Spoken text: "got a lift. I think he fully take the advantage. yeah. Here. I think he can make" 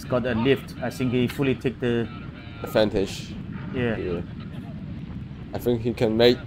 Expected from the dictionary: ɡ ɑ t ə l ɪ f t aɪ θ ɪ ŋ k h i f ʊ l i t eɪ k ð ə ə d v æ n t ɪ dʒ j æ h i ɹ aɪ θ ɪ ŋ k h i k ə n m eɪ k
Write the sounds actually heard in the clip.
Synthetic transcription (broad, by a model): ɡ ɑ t ə l ɪ f t aɪ θ ɪ ŋ k h i f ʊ l i t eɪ k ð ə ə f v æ n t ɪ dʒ j æ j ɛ aɪ θ ɪ ŋ k h i k ə n m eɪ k